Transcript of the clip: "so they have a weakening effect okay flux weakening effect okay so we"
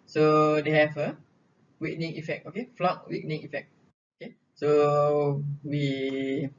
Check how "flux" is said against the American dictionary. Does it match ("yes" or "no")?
no